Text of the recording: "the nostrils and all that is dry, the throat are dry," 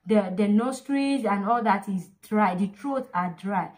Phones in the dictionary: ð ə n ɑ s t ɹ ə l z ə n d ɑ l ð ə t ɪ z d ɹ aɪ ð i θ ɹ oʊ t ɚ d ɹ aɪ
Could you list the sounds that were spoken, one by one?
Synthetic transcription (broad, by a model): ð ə n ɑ s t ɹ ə z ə n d ɑ l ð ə t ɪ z d ɹ aɪ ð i t ɹ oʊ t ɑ d ɹ aɪ